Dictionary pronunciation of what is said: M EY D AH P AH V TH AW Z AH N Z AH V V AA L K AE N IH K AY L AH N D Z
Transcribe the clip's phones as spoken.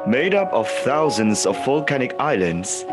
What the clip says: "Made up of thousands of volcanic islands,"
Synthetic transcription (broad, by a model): M EY D AH P AH V TH AW Z AH N Z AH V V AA L K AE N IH K AY L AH N D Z